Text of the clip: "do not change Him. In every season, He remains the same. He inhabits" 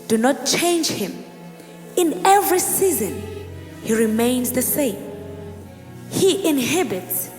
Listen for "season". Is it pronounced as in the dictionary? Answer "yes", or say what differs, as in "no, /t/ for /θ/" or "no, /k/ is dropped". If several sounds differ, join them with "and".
yes